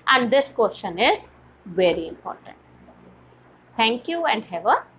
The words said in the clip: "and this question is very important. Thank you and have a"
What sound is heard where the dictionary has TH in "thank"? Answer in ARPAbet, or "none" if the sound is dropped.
T